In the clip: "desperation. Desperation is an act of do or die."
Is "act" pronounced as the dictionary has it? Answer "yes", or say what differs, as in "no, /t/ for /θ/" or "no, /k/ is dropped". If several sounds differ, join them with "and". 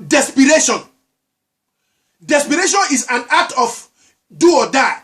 no, /k/ is dropped